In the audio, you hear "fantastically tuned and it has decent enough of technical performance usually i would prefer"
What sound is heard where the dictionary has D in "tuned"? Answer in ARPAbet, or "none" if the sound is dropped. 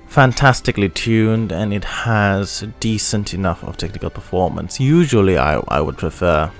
D